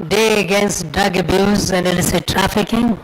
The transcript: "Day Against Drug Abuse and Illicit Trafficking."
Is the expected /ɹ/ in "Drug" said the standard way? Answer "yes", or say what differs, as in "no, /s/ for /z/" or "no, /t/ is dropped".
no, /ɹ/ is dropped